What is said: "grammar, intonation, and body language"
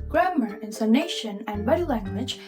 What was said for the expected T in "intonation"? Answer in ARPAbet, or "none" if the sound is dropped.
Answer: S